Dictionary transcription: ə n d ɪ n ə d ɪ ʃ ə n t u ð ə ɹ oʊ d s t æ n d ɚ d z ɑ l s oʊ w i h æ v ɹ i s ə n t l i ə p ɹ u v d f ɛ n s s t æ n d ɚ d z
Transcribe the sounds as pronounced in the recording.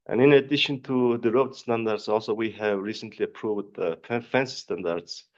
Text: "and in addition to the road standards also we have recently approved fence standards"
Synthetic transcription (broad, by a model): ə n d ɪ n ə d ɪ ʃ ə n t u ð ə ɹ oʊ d s t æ n d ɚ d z ɑ l s oʊ w i h æ v ɹ i s ə n t l i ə p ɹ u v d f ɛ n s s t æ n d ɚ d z